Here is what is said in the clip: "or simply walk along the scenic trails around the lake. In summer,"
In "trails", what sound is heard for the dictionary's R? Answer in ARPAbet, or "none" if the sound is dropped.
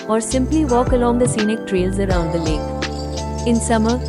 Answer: R